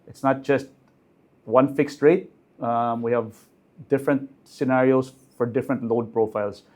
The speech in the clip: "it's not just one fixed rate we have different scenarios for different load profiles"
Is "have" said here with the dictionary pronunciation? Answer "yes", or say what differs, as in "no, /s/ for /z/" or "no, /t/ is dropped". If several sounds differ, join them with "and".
yes